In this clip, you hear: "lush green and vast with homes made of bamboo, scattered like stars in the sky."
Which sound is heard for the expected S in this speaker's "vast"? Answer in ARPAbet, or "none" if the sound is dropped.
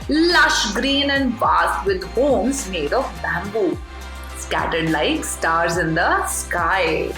none